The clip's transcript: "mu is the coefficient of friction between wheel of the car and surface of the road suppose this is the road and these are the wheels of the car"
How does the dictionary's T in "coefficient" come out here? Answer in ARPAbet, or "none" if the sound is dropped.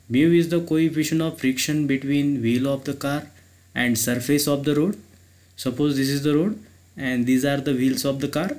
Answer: none